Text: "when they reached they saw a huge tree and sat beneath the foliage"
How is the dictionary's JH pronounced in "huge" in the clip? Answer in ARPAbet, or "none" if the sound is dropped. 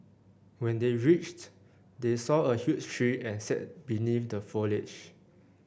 CH